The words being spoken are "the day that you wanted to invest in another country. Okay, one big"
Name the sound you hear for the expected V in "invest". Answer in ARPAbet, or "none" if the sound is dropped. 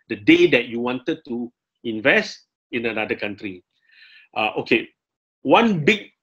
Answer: V